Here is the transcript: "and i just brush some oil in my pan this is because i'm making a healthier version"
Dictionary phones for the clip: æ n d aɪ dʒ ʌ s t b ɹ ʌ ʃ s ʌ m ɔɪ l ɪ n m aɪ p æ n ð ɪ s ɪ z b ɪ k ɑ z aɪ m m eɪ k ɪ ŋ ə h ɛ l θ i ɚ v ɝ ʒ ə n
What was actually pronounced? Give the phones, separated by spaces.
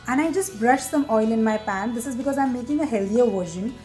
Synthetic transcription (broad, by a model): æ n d aɪ dʒ ʌ s t b ɹ ʌ ʃ s ʌ m ɔɪ l ɪ n m aɪ p æ n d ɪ s ɪ z b ɪ k ɑ z aɪ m m eɪ k ɪ ŋ ə h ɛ l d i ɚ v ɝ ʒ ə n